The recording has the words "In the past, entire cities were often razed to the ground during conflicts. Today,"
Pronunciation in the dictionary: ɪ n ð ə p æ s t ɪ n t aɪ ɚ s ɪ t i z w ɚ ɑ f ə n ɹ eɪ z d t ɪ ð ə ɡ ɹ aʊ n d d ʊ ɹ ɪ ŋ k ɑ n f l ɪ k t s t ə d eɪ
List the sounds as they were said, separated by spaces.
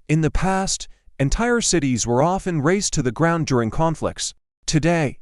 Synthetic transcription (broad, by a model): ɪ n ð ə p æ s t ɪ n t aɪ ɚ s ɪ t i z w ɚ ɑ f ə n ɹ eɪ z t ɪ ð ə ɡ ɹ aʊ n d d ʊ ɹ ɪ ŋ k ɑ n f l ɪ k t s t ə d eɪ